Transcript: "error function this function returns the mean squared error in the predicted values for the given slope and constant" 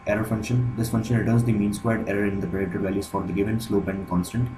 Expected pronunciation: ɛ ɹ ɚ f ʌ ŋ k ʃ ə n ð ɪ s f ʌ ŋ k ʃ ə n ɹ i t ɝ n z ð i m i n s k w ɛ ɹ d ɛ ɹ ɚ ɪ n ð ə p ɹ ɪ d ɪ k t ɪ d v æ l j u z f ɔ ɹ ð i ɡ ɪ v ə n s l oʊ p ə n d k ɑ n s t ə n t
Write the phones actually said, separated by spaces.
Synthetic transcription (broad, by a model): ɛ ɹ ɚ f ʌ ŋ k ʃ ə n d ɪ s f ʌ ŋ k ʃ ə n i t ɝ z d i m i n s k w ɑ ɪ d ɛ ɹ ɚ ɪ n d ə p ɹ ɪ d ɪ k t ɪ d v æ l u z f ɔ ɹ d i ɡ ɪ v ə n s l oʊ p ə n d k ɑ n s t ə n t